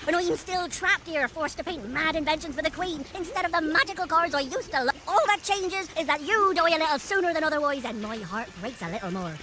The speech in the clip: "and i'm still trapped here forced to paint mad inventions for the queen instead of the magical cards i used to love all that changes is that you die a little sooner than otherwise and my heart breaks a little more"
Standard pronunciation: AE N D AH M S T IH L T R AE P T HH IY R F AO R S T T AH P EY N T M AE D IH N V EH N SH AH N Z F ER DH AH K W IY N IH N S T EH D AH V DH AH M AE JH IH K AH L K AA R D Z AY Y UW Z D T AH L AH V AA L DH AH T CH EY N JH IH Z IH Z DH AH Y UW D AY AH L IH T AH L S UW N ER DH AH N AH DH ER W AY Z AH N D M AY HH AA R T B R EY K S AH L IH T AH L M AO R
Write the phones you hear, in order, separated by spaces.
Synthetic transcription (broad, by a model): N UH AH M S T IH L T R AE P T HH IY R F AO R S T T AH P EY N T M AE D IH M V EH N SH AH N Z F ER DH AH K W IY N IH N S T EH D AH V DH AH M AE JH IH K AH L K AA R Z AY Y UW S T AH L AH AA L DH AH T CH EY N JH IH Z IH Z DH AH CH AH D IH AH L IH T L S UW N ER DH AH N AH DH ER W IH Z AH N M AY HH AA R T B R EY K S AH L IH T L M AO R